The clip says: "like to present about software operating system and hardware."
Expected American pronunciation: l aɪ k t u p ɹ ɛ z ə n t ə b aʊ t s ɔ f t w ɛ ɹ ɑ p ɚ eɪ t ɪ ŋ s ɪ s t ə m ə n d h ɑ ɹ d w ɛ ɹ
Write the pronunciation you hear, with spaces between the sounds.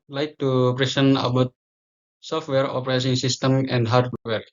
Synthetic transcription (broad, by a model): l aɪ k t u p ɹ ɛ s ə n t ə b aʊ t s ɔ f t w ɛ ɹ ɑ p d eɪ s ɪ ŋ s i s t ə m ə n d h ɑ ɹ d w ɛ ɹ